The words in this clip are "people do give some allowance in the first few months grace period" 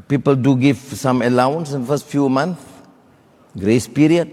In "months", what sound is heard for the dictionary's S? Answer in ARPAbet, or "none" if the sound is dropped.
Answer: none